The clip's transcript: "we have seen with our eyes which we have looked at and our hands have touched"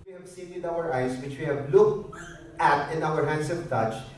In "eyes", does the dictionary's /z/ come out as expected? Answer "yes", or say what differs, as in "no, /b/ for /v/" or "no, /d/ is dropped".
no, /s/ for /z/